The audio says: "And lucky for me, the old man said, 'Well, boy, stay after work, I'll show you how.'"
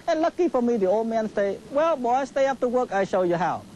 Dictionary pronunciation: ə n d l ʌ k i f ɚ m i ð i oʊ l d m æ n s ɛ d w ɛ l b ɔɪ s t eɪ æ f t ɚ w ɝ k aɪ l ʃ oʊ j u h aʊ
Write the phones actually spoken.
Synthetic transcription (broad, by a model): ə n l ʌ k i f ɚ m i ð i oʊ l d m æ n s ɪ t w ɛ l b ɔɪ s t eɪ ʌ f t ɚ w ɝ k aɪ ʃ oʊ j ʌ h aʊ